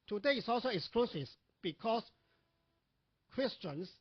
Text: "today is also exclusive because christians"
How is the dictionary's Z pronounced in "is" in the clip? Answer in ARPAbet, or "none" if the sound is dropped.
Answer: S